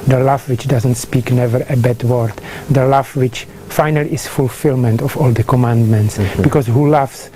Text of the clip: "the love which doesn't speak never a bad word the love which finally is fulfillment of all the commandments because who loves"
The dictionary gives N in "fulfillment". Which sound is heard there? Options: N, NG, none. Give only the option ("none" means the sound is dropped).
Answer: N